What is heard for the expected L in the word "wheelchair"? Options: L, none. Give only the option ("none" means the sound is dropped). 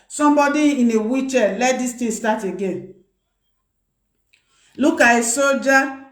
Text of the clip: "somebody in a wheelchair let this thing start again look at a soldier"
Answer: none